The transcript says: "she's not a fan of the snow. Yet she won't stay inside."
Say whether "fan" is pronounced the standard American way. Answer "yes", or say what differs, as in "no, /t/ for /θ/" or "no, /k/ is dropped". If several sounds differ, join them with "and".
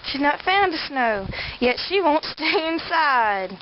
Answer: no, /n/ is dropped